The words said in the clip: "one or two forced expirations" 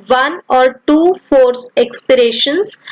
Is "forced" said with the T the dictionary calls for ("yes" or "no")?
no